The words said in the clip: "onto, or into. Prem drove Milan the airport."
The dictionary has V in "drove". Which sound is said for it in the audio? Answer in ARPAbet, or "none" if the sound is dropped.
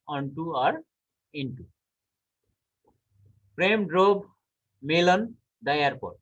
B